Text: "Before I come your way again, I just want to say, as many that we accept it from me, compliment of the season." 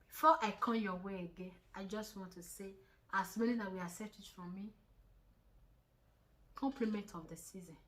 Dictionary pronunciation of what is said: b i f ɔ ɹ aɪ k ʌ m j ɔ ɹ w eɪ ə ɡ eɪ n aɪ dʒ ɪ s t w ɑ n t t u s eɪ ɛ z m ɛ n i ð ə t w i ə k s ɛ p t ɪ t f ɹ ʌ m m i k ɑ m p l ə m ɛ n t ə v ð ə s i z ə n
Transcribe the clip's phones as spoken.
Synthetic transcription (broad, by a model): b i f ɔ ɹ aɪ k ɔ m j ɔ w eɪ ə ɡ eɪ n aɪ dʒ ɪ s t w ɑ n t t u s eɪ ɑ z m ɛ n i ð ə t w i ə s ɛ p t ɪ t f ɹ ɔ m m i k ɑ m p l ə m ɛ n t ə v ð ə s i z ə n